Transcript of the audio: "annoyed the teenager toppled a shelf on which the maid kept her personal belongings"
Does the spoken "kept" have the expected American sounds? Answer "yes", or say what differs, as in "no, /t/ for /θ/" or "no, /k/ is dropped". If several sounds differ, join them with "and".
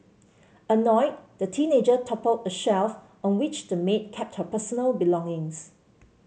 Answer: yes